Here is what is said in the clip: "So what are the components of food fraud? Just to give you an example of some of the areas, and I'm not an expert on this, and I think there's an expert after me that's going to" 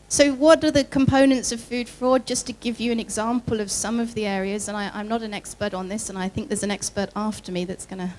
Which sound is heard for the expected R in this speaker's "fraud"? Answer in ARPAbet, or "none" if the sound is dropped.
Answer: R